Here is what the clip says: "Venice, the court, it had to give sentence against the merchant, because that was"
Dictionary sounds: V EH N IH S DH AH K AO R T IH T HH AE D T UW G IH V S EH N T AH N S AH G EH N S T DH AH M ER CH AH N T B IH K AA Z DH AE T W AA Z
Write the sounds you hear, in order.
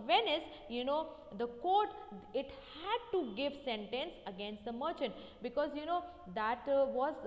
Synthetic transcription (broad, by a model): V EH N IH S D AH K AO R T IH T HH AE D T UW G IH V S EH N T AH N S AH G EH N S T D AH M ER CH AH N T B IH K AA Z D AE T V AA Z